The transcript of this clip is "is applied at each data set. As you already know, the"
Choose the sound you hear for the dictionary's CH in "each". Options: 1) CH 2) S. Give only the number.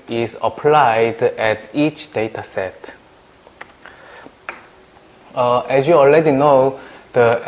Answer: 1